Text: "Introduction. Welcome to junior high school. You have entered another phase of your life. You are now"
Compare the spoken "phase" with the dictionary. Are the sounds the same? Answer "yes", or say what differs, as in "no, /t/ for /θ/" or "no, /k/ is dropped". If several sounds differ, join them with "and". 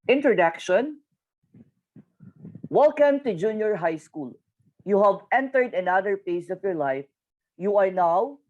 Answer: no, /p/ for /f/ and /s/ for /z/